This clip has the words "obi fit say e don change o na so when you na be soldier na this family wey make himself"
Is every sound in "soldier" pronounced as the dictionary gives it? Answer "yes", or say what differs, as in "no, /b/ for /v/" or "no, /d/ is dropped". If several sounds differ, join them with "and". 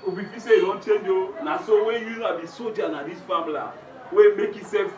no, /l/ is dropped